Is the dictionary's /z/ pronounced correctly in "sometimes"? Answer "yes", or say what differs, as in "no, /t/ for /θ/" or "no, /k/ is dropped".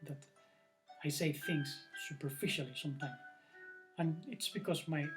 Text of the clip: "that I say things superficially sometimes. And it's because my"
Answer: no, /z/ is dropped